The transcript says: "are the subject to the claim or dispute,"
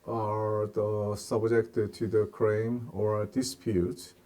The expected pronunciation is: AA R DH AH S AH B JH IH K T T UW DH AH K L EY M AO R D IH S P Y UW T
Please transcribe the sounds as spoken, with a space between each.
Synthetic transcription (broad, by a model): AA R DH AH S AH B JH IH K T T UW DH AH K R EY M AO R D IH S P Y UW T